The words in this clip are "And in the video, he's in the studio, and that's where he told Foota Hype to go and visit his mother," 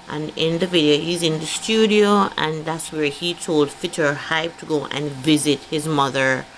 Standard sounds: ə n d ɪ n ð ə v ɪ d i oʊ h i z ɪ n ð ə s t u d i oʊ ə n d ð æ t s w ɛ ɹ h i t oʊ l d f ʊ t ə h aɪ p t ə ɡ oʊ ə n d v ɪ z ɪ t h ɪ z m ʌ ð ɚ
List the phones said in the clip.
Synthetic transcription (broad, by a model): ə n ɪ n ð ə v ɪ d i oʊ h i z ɪ n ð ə s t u d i oʊ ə n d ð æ t s w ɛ ɹ h i t oʊ l d f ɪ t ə h aɪ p t ə ɡ oʊ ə n v ɪ z ɪ t h ɪ z m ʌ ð ɚ